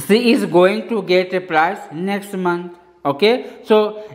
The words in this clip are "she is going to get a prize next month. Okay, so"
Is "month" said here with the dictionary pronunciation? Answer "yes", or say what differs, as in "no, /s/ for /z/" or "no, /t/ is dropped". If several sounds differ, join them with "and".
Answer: no, /t/ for /θ/